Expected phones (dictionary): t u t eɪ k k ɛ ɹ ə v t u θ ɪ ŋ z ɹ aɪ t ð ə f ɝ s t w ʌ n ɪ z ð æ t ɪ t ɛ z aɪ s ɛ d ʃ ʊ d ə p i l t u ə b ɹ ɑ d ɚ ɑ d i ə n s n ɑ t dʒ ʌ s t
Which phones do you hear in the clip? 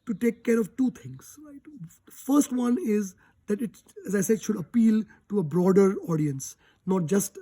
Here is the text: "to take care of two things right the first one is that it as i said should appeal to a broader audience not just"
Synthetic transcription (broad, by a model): t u t eɪ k k ɛ ɹ ə v t u t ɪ ŋ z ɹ aɪ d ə f ɝ s t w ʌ n ɪ z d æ t ɪ t ɛ z aɪ s ɛ d ʃ ʊ d ə p i l t u ə b ɹ ɑ d ɚ ɑ d i ə n s n ɑ t dʒ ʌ s t